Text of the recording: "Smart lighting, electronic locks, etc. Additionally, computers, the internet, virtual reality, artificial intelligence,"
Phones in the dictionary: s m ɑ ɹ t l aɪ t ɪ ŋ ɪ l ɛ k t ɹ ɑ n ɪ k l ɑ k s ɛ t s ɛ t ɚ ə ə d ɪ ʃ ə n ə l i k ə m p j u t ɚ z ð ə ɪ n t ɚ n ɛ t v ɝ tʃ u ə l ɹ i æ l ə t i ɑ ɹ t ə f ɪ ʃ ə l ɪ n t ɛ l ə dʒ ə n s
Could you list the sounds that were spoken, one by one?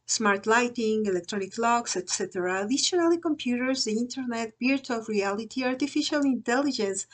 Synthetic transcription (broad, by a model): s m ɑ ɹ t l aɪ t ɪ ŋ ɪ l ɛ k t ɹ ɑ n ɪ k l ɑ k s ɛ t s ɛ t ɚ ə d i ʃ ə n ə l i k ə m p j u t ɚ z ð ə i n t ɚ n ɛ t b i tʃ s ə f ɹ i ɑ l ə t i ɑ ɹ t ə f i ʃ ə l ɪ n t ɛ l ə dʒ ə n s